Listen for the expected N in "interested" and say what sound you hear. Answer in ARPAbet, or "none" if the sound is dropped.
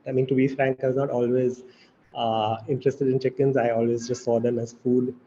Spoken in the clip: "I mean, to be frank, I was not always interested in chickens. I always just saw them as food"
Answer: N